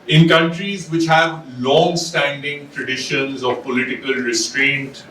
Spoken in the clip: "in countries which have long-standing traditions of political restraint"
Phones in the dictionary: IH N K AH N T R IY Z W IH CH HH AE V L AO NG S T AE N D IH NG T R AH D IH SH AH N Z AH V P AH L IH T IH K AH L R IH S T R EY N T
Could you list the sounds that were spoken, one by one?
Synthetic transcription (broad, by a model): IH N K AH N T R IY Z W IH CH HH AE V L AO NG S T AE N D IH NG T R AH D IH SH AH N Z AH V P AH L IH T IH K AH L R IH S T R EY N T